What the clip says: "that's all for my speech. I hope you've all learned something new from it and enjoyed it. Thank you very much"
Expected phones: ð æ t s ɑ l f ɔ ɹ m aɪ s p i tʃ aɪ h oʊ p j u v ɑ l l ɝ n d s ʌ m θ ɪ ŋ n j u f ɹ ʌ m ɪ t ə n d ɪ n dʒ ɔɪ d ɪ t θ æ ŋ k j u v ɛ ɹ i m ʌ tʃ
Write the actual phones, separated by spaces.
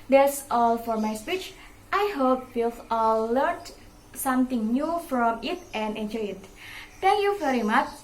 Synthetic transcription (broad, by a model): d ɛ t s ɑ l f ɔ ɹ m aɪ s p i tʃ aɪ h oʊ p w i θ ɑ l l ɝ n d s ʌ m t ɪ ŋ n j u f ɹ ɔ m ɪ t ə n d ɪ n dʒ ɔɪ ɪ t t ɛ ŋ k j u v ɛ ɹ i m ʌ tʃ